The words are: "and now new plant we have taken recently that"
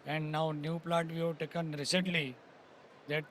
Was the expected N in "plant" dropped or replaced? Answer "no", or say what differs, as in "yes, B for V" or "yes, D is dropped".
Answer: yes, N is dropped